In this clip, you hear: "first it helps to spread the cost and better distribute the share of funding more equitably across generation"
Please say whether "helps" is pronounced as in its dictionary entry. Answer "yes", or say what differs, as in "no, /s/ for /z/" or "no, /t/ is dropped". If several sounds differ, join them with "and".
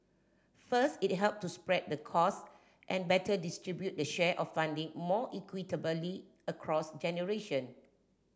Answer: no, /s/ is dropped